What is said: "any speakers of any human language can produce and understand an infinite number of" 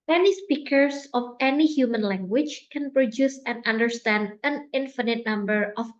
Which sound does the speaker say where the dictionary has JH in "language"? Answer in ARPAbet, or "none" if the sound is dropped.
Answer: CH